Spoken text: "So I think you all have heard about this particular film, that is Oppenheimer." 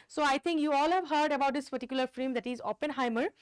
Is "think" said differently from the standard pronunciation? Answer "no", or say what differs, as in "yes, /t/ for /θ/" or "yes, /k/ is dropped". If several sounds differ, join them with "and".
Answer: yes, /t/ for /θ/